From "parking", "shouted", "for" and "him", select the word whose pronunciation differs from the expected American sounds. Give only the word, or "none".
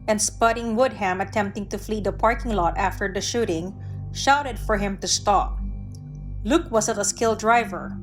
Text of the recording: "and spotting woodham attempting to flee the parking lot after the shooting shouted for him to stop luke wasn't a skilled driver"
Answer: none